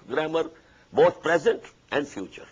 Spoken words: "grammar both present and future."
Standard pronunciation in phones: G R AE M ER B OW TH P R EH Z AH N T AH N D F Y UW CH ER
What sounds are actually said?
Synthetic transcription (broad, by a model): G R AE M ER B OW T P R EH Z AH N T AH N D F Y UW CH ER